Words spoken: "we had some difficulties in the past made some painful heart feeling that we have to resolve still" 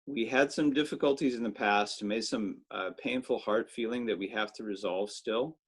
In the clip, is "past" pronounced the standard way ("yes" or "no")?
yes